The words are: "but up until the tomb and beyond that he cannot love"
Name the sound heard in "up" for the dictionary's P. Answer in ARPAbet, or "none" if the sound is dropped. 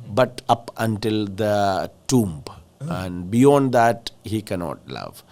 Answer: P